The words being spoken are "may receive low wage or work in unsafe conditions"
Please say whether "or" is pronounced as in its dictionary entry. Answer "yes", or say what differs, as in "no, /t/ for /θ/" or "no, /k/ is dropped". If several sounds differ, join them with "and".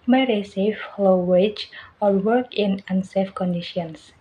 no, /l/ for /ɹ/